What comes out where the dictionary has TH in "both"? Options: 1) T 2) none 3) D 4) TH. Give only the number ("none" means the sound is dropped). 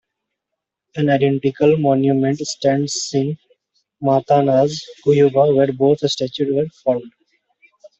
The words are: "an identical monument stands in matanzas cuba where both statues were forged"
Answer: 1